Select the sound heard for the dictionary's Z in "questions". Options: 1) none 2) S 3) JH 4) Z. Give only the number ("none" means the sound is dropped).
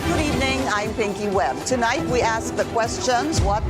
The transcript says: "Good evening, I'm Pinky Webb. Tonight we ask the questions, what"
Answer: 4